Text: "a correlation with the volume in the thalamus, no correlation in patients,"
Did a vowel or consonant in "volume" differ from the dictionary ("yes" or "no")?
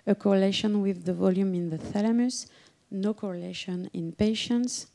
no